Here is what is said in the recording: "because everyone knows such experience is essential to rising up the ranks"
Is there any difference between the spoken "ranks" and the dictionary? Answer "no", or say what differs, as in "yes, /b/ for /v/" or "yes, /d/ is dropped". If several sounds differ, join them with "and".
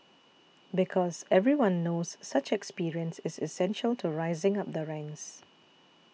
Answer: yes, /k/ is dropped